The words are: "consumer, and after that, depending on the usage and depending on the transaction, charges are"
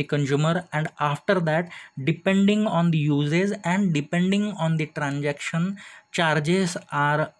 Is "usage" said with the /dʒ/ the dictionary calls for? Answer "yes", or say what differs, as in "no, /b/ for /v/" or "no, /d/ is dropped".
no, /z/ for /dʒ/